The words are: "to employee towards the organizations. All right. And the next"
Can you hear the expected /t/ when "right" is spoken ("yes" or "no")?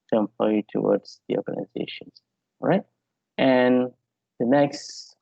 yes